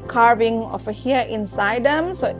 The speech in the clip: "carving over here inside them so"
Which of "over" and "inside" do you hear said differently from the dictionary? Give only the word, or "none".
over